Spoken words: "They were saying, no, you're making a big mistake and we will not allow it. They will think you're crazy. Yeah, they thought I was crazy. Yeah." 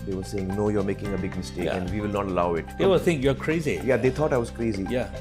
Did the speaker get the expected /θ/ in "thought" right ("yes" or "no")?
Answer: no